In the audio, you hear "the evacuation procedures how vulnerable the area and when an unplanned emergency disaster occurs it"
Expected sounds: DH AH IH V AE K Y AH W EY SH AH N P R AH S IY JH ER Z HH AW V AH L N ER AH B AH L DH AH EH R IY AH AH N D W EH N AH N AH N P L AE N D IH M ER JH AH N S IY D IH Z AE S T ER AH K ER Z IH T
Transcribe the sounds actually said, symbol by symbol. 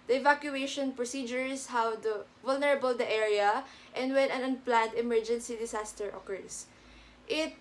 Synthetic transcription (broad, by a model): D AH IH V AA K Y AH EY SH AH N P R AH S IY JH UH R HH AW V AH L N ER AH B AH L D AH EH R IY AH AH N D W EH N AH N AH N P L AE N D IH M ER JH AH N S IY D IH S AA S T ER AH K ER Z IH T